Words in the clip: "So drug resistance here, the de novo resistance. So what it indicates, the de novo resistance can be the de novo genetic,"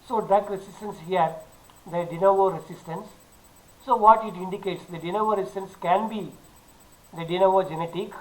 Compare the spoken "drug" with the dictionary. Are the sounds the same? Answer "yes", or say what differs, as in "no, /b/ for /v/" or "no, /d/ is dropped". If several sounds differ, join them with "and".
no, /ɹ/ is dropped